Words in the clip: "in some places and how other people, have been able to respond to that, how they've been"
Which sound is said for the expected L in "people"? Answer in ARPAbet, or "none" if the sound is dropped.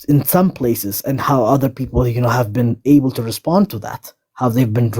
N